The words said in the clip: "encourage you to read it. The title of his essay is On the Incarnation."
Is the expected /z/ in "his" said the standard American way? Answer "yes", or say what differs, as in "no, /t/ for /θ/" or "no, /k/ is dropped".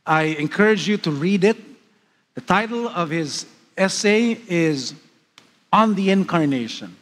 yes